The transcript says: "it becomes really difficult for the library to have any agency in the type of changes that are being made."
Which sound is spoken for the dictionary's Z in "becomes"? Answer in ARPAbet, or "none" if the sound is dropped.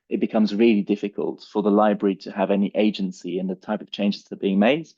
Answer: Z